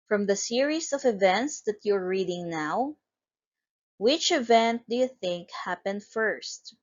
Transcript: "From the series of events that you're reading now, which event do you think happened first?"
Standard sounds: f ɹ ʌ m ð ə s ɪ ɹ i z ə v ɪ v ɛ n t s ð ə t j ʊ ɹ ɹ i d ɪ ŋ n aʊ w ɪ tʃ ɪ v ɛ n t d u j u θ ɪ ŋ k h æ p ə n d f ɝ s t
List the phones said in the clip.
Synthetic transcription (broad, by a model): f ɹ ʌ m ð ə s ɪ ɹ i s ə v ɪ v ɛ n t s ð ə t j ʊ ɹ ɹ i d ɪ ŋ n aʊ w ɪ tʃ ɪ v ɛ n t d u j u θ ɪ ŋ k h æ p ə n d f ɝ s t